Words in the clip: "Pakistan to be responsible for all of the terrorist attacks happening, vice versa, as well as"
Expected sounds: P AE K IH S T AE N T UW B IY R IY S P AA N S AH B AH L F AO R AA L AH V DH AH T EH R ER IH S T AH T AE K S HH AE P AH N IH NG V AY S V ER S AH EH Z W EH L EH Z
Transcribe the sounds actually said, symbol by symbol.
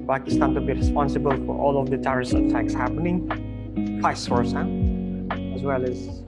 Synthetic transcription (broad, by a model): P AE K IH S T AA N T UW B IY R IY S P AA N S AH B AH L F AO R AA L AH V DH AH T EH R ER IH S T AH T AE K S HH AE P AH N IH NG F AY S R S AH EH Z W EH L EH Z